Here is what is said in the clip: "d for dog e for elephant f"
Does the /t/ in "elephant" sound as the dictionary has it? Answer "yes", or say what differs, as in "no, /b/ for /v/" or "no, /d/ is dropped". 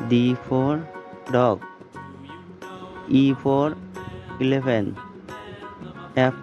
no, /t/ is dropped